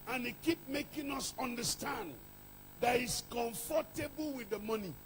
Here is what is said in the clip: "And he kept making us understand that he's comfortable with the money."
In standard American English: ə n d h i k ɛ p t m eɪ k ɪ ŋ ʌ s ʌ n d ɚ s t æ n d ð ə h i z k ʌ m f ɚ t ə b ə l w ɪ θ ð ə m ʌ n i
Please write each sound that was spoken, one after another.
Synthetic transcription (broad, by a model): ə n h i k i p m eɪ k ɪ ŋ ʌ s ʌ n d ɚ s t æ n d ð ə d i s k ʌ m f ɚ t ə b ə l w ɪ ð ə m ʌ n i